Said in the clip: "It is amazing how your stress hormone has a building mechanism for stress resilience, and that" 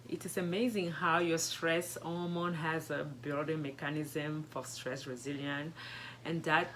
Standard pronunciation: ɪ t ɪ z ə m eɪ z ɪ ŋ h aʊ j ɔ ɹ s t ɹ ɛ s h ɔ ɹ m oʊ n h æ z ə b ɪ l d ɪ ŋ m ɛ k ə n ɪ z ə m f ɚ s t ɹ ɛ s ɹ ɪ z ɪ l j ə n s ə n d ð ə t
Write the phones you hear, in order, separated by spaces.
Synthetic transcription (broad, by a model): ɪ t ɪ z ə m eɪ z ɪ ŋ h aʊ j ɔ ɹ s t ɹ ɛ s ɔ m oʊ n h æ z ə b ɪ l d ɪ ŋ m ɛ k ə n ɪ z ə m f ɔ s t ɹ ɛ s ɹ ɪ z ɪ l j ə n ə n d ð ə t